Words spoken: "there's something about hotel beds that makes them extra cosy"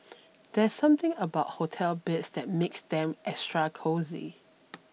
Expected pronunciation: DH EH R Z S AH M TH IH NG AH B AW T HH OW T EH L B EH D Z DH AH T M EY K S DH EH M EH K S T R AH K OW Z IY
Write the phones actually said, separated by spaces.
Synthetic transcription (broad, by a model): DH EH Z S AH M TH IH NG AH B AW T HH OW T EH L B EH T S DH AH T M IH K S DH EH M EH S T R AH K OW Z IY